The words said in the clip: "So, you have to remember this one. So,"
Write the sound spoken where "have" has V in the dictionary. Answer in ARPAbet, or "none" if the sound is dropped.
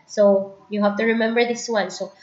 F